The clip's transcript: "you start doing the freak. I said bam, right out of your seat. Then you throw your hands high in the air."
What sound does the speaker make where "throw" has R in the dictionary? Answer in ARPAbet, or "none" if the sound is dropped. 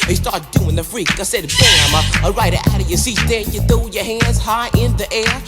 none